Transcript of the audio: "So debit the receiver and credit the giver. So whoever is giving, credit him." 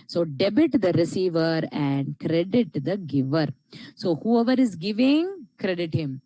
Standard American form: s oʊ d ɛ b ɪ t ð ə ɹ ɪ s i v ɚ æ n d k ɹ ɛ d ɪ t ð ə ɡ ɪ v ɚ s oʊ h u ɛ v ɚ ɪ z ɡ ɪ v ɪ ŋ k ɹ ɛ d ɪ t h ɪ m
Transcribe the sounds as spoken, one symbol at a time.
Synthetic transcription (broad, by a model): s oʊ d ɛ b ɪ t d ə ɹ ɪ s i v ɚ æ n d k ɹ ɛ d ɪ t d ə ɡ ɪ v ɚ s oʊ h u ɛ v ɚ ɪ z ɡ ɪ v ɪ ŋ k ɹ ɛ d ɪ t h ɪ m